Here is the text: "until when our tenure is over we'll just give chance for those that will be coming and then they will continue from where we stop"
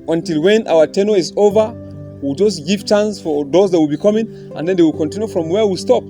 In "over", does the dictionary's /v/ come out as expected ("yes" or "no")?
yes